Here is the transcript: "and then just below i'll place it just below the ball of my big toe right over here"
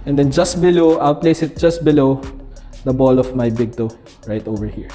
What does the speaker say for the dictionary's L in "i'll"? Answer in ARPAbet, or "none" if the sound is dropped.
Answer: W